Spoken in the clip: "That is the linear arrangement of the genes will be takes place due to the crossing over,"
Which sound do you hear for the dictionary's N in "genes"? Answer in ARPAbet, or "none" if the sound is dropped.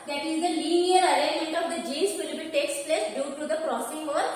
none